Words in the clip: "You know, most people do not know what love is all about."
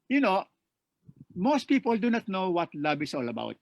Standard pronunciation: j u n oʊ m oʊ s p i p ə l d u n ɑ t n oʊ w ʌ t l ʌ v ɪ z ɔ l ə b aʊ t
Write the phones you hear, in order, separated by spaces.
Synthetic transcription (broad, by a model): j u n oʊ m oʊ s p i p ə l d u n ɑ t n oʊ w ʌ t l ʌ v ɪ s ɔ l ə b aʊ t